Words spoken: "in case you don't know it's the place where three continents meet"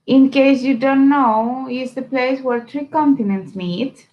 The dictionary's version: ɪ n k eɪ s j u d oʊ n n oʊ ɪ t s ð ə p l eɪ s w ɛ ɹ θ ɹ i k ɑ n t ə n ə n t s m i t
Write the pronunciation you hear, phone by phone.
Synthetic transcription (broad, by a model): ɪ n k eɪ s j u d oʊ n n oʊ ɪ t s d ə p l eɪ s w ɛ ɹ t ɹ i k ɑ n t ə n ə n t s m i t